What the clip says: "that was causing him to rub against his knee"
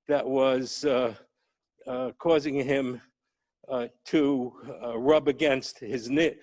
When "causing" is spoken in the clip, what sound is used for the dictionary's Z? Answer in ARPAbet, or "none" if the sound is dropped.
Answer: Z